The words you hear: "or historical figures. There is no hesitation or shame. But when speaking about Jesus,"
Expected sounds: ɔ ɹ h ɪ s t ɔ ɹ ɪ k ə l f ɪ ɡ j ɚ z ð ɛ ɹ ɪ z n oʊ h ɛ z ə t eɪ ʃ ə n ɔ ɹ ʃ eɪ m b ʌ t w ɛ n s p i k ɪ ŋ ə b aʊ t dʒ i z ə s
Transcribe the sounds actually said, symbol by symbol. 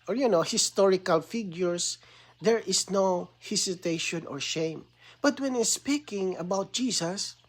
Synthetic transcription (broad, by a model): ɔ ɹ h ɪ s t ɔ ɹ ɪ k ə l f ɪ ɡ j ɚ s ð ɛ ɹ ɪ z n oʊ h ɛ s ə t eɪ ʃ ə n ɔ ɹ ʃ eɪ m b ʌ t w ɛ n s p i k ɪ ŋ ə b aʊ t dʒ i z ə s